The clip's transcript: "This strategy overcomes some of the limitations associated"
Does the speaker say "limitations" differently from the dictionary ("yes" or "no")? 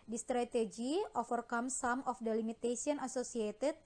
yes